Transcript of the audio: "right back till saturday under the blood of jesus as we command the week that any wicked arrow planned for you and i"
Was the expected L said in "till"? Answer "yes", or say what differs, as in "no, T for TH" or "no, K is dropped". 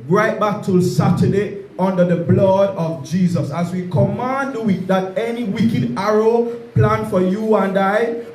yes